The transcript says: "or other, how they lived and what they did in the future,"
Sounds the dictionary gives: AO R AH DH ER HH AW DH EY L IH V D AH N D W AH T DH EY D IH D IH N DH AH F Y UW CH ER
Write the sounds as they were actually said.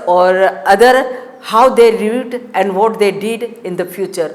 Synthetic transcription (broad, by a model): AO R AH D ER HH AW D EY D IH D AH N D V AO T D EY D IH D IH N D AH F Y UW CH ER